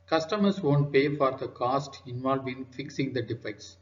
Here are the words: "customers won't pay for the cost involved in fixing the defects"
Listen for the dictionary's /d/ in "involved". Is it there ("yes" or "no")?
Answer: no